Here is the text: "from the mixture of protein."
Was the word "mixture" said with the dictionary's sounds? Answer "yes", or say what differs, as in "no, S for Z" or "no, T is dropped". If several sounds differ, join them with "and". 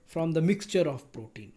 yes